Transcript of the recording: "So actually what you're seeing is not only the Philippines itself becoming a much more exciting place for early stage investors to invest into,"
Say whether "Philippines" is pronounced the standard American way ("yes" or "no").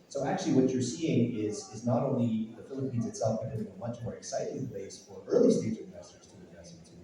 yes